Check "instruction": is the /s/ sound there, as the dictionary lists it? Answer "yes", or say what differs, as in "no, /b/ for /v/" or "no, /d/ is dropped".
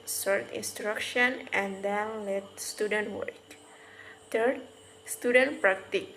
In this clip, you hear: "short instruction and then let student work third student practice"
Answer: yes